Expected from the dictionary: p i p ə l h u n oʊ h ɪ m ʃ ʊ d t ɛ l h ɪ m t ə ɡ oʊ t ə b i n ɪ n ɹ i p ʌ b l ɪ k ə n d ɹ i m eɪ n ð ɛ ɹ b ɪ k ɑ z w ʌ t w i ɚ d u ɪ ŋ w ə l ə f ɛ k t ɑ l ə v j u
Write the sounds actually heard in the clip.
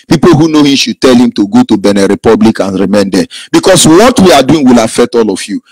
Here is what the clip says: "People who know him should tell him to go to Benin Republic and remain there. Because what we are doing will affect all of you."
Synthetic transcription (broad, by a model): p i p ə l h u n oʊ h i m ʃ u d t ɛ l h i m t ə ɡ oʊ t ə b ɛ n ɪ ɹ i p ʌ b l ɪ k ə n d ɹ i m eɪ n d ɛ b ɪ k ɑ s w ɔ t w i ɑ d u ɪ ŋ w ə l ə f ɛ t ɑ l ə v j u